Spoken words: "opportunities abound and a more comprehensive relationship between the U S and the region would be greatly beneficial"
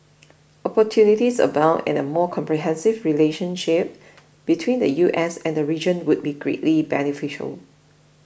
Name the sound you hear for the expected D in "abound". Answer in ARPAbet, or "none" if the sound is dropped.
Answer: none